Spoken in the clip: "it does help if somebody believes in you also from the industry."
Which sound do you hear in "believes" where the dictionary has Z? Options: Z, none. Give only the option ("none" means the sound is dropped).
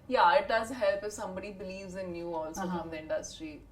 Z